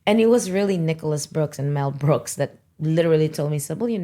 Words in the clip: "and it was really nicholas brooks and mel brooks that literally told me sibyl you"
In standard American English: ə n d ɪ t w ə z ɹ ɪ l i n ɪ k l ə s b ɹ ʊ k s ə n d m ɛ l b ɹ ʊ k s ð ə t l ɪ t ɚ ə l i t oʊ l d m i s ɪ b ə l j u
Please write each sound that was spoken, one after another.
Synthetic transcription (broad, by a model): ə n ɪ t w ə z ɹ ɪ l i n ɪ k l ə s b ɹ ʊ k s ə n m ɛ l b ɹ ʊ k s ð ə t l ɪ t ɚ l i t oʊ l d m i s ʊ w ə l j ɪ